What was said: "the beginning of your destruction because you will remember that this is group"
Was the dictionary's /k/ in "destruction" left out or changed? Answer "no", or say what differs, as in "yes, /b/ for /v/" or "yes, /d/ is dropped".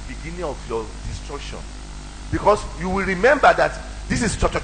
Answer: no